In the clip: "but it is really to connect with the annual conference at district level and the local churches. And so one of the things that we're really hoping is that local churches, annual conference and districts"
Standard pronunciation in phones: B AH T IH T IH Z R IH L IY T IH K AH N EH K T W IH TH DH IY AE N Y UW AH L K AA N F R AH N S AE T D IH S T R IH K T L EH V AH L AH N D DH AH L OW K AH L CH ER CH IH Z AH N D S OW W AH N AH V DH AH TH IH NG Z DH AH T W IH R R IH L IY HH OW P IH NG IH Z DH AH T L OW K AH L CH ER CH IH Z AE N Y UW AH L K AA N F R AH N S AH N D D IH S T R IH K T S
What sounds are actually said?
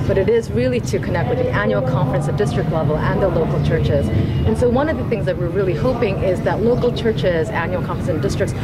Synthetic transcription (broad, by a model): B AH T IH T IH Z R IH L IY T IH K AH N EH K T W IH DH IY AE N Y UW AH L K AA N F R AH N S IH D IH S T R IH K T L EH V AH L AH N DH AH L OW K L CH ER CH IH Z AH N S OW W AH N AH V DH AH TH IH NG Z DH AH T W IH R R IH L IY HH OW P IH NG IH Z DH AH T L OW K L CH ER CH IH Z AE N Y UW L K AA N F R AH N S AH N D D IH S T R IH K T S